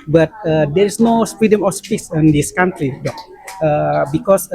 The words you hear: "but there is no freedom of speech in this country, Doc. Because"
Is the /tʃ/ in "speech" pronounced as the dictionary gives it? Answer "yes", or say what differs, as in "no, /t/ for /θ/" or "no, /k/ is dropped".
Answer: no, /s/ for /tʃ/